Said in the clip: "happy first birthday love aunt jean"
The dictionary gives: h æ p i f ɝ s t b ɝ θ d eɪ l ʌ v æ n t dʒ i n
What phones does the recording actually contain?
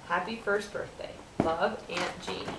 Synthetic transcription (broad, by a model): h æ p i f ɝ s t b ɝ θ d eɪ l ʌ v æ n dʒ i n